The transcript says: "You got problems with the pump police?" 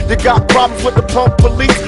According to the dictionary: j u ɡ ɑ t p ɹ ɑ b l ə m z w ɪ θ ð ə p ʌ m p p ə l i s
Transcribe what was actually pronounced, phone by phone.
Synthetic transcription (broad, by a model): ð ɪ ɡ ɑ t p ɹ ɑ b l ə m w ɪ ð ə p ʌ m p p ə l i s